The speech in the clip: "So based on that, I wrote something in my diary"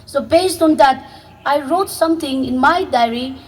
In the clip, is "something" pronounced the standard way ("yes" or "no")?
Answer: no